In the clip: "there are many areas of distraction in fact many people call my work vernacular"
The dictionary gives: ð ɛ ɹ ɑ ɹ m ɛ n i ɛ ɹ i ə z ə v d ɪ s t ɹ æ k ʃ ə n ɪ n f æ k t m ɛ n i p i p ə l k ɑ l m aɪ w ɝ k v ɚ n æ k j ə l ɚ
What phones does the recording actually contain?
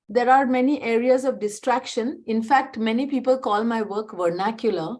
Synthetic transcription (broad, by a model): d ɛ ɹ ɑ ɹ m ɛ n i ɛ ɹ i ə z ə v d ɪ s t ɹ æ k ʃ ə n ɪ n f æ k t m ɛ n i p i p ə l k ɑ l m aɪ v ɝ k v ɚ n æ k j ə l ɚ